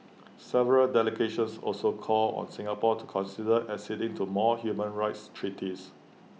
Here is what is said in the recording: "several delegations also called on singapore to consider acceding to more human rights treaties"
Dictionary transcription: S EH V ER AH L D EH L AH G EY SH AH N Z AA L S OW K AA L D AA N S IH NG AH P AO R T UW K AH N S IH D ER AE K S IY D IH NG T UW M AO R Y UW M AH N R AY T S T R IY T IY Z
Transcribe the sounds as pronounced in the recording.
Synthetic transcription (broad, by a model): S EH V ER AH L D EH L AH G EY SH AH N S AA L S OW K AA L AA N S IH NG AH P AO T UW K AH N S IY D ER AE S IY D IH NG T UW M AO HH Y UW M AH N R AY T S T R IY T IY S